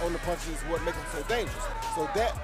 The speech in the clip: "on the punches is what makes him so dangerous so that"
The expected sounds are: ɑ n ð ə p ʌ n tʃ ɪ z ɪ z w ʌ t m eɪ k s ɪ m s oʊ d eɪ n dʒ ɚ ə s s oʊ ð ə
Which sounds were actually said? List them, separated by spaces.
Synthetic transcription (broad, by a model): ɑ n ð ə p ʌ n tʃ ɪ ɪ z w ʌ t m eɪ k ɪ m s oʊ d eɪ n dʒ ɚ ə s s oʊ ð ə